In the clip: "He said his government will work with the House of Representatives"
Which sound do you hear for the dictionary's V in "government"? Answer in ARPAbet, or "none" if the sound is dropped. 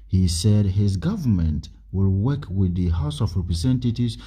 V